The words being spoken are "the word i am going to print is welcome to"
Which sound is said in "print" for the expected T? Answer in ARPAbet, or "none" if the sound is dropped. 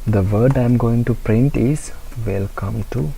T